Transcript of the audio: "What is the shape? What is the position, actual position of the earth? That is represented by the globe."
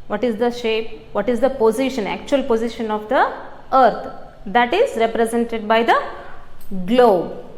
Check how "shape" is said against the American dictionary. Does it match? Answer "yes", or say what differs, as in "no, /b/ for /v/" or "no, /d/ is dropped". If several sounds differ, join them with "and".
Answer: yes